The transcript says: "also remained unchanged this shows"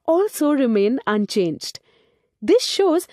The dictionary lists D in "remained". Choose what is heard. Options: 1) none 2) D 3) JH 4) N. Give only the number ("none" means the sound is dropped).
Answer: 1